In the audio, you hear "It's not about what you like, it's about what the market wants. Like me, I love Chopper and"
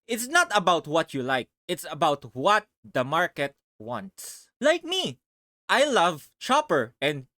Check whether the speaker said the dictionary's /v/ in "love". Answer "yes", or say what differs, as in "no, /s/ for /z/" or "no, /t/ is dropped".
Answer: yes